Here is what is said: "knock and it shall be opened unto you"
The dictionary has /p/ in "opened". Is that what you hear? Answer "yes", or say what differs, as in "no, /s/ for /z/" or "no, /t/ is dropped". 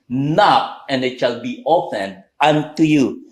no, /f/ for /p/